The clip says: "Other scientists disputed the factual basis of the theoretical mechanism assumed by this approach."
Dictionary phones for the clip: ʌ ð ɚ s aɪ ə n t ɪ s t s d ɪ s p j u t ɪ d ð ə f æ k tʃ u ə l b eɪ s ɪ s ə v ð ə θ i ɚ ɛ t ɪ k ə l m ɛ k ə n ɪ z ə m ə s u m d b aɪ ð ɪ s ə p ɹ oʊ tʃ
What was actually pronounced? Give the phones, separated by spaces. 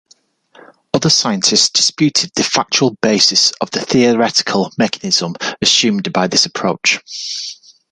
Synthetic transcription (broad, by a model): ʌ ð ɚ s aɪ ə n t ɪ s t s d ɪ s p j u t ɪ d ð ə f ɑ k tʃ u ə l b eɪ s ɪ s ə v ð ə θ i ɚ ɛ t ɪ k ə l m ɛ k ə n ɪ z ə m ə s u m d b aɪ ð ɪ s ə p ɹ oʊ tʃ